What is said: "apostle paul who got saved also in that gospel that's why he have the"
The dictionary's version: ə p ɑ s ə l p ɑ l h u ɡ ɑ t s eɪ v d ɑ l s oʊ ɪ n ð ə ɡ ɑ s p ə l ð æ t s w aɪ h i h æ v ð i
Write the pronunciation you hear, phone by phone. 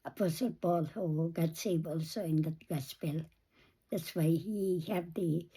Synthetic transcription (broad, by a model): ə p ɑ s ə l b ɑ l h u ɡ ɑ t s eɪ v ɑ l s oʊ ɪ n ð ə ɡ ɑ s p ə l ð æ t s w aɪ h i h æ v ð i